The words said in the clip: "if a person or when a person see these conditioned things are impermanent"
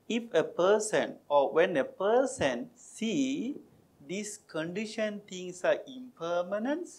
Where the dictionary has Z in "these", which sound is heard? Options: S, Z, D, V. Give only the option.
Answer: S